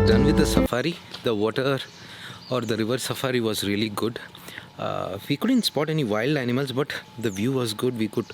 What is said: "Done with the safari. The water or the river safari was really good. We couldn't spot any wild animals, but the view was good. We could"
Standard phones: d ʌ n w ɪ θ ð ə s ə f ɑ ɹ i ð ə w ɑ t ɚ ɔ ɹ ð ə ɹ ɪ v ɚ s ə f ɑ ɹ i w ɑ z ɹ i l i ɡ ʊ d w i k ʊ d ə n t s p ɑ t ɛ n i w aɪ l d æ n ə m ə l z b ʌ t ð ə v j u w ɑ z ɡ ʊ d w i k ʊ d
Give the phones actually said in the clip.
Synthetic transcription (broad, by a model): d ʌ n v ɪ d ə s ə f ɑ ɹ i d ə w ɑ t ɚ ɔ ɹ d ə ɹ ɪ v ɚ s ə f ɑ ɹ i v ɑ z ɹ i l i ɡ ʊ d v i k ʊ d ə n t s p ɑ t ɛ n i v aɪ l d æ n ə m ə l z b ʌ t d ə v j u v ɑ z ɡ ʊ d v i k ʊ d